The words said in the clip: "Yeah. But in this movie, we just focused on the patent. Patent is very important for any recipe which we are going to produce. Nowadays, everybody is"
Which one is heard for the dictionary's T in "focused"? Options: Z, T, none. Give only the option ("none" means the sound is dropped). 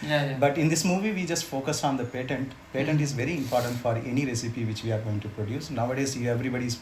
none